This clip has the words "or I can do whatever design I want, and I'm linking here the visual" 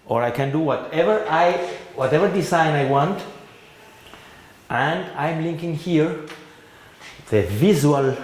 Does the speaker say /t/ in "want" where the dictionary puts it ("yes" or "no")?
yes